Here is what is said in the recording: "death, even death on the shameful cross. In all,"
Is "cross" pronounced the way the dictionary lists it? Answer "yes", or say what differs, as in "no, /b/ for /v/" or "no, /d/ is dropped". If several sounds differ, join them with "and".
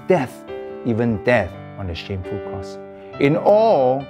no, /ɹ/ is dropped